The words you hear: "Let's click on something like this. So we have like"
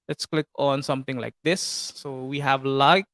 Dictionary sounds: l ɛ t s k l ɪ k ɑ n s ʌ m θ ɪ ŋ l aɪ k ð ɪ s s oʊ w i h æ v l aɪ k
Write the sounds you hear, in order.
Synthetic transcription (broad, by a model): l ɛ t s k l ɪ k ɑ n s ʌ m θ ɪ ŋ l aɪ k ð ɪ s s oʊ w i h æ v l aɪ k